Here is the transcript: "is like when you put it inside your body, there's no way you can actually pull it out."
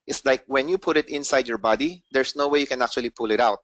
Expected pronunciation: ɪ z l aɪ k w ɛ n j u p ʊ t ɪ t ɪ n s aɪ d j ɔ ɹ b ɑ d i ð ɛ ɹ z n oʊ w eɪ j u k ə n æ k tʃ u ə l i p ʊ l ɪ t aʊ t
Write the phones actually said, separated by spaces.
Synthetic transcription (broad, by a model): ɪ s l aɪ k w ɛ n j u p ʊ t ɪ t ɪ n s aɪ d j ɔ ɹ b ɑ d i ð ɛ ɹ s n oʊ w eɪ j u k ə n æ k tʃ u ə l i p ʊ l ɪ t aʊ t